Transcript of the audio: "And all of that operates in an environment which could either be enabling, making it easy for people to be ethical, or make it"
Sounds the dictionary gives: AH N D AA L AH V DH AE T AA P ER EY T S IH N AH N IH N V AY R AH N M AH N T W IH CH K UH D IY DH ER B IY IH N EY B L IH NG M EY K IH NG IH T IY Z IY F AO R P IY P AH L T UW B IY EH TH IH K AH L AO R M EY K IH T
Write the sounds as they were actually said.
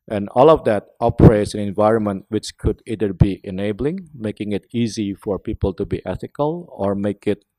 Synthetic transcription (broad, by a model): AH N AA L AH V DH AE T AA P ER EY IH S AH N IH N V AY R AH N M AH N T W IH CH K UH D IY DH ER B IY IH N EY B L IH NG M EY K IH NG IH T IY Z IY F AO R P IY P AH L T UW B IY EH TH IH K AH L AO R M EY K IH T